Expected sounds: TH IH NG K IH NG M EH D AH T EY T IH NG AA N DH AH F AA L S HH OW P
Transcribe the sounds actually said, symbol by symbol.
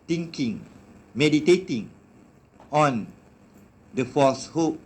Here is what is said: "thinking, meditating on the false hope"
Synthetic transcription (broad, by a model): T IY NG K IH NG M EH D AH T EY T IH NG AA N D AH F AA S HH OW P